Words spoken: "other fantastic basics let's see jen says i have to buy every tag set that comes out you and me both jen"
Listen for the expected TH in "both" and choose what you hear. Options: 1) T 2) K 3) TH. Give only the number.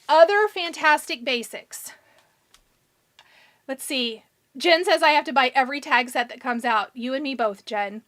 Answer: 3